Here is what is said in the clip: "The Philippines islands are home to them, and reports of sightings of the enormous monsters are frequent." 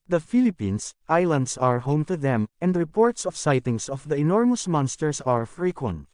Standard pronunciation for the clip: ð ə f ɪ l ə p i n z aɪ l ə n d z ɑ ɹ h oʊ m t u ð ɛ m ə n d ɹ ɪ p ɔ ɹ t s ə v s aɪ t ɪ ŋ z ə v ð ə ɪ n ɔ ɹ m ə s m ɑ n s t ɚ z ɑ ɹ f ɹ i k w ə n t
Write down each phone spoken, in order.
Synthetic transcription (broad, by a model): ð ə f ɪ l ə p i n s aɪ l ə n d s ɑ ɹ h oʊ m t u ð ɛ m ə n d ɹ ɪ p ɔ ɹ t s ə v s aɪ t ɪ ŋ s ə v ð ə ɪ n ɔ ɹ m ə s m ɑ n s t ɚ s ɑ ɹ f ɹ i k w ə n t